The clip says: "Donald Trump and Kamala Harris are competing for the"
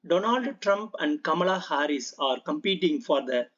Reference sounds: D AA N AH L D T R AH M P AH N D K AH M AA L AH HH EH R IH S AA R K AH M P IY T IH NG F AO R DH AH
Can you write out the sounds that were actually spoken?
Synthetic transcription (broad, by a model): D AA N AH L D T R AH M P AH N D K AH M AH L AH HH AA R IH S AA R K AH M P IY T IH NG F AO R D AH